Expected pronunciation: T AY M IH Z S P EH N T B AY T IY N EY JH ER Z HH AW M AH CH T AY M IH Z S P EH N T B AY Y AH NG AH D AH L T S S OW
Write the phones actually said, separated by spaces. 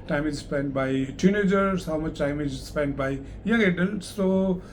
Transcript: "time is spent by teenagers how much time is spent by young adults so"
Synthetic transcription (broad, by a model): T AY M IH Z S P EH N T B AY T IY N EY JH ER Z HH AW M AH CH T AY M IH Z S P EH N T B AY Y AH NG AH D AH N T S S OW